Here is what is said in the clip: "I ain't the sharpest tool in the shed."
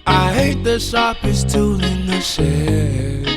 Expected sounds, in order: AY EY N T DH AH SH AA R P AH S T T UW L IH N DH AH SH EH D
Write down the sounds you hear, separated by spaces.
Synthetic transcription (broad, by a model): AY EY T DH AH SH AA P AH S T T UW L IH N DH AH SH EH